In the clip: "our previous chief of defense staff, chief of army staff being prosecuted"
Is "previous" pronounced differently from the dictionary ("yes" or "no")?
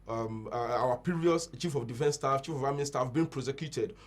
yes